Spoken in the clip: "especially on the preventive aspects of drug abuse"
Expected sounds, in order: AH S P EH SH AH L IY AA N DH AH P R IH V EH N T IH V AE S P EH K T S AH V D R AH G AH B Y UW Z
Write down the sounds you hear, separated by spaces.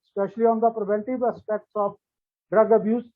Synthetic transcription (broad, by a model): S P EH SH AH L IY AA N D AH P R IH V EH N T IH V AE S P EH K T S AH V D R AH G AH B Y UW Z